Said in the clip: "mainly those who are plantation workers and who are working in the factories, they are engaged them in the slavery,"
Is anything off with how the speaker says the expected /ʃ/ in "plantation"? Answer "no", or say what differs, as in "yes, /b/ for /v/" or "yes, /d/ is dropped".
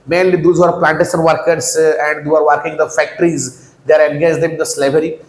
yes, /s/ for /ʃ/